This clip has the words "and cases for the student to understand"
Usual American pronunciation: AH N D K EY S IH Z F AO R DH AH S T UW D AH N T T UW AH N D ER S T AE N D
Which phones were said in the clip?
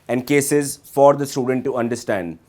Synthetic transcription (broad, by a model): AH N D K EY S IH Z F AO R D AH S T UW D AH N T T UW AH N D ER S T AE N D